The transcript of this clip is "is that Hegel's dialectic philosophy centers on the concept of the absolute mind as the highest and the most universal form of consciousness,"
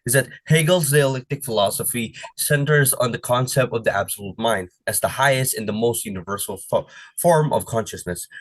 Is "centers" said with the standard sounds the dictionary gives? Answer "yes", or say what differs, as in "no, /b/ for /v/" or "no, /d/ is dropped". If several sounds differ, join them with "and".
yes